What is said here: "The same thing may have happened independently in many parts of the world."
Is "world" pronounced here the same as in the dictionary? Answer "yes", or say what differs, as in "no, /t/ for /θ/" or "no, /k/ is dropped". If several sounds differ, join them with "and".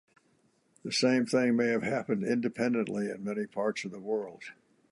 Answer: yes